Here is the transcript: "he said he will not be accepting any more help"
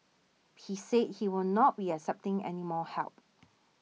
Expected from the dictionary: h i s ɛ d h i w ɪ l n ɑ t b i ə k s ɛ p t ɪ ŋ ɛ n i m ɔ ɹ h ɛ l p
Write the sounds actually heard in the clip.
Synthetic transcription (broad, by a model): h i s ɛ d h i w ɪ l n ɑ t b i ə s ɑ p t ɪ ŋ ɛ n i m ɔ h ɛ l p